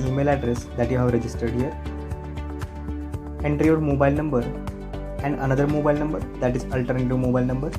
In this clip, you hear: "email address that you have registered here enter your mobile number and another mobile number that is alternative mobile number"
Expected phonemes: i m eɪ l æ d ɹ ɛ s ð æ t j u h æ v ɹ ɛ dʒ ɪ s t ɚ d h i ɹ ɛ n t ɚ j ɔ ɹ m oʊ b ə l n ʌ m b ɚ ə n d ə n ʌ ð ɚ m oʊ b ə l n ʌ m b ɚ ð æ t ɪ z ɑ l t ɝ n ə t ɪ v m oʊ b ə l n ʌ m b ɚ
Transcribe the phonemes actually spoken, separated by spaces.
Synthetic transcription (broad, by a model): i m eɪ l æ d ɹ ɛ s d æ t j u h æ v ɹ ɛ dʒ ɪ s t ɚ d h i ɹ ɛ n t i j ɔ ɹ m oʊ b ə l n ʌ m b ɚ ə n d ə n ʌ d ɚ m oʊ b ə l n ʌ m b ɚ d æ t ɪ z ɑ l t ɝ n ə t ɪ v m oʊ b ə l n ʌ m b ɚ